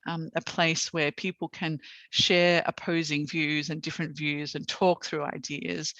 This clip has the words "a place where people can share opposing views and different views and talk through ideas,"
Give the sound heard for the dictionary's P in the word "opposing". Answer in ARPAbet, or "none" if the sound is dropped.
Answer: P